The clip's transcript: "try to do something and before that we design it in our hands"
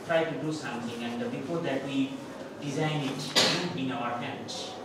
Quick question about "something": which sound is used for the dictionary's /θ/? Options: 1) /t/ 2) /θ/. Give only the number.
1